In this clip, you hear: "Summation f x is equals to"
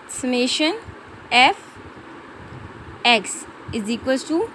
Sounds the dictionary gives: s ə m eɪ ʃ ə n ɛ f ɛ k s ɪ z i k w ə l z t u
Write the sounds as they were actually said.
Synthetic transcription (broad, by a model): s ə m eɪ ʃ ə n ɛ f ɛ k s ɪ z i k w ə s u